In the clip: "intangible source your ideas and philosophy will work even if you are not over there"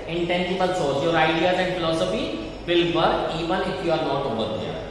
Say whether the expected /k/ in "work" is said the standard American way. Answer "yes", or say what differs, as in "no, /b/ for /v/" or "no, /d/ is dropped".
no, /k/ is dropped